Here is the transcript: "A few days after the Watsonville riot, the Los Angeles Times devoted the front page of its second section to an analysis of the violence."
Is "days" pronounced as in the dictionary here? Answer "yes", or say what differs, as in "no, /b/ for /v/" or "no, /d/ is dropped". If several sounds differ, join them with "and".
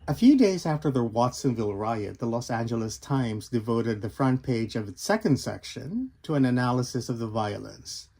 yes